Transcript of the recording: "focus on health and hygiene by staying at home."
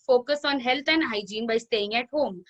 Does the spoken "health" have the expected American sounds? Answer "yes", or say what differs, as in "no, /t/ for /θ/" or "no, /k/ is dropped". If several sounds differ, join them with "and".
no, /t/ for /θ/